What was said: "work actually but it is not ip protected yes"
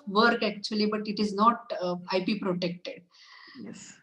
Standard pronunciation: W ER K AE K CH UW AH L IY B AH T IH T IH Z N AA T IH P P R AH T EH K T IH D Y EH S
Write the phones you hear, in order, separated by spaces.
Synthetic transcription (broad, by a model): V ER K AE K CH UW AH L IY B AH T IH T IH Z N AA T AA P P R AH T EH K T IH D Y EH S